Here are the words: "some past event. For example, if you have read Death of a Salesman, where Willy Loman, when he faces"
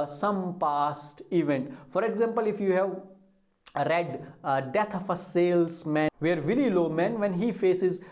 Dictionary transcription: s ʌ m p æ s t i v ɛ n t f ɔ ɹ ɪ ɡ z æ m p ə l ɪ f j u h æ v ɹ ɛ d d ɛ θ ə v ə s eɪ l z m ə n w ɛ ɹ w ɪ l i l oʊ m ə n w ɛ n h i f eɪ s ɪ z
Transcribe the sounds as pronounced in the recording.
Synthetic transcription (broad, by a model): s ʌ m p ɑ s t i v ɛ n t f ɔ ɹ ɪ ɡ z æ m p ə l ɪ f j u h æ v ɹ ɛ d d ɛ t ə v ə s eɪ l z m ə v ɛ ɹ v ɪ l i l oʊ m ə n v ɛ n h i f eɪ s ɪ z